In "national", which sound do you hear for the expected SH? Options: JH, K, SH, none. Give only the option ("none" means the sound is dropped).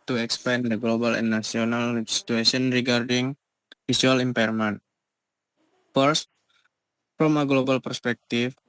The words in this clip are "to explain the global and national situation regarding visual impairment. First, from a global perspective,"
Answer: none